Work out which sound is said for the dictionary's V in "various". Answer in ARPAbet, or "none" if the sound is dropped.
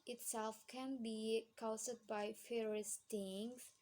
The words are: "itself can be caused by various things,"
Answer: F